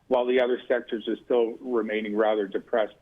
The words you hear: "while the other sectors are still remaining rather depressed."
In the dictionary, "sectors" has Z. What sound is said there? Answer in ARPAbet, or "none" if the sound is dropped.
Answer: Z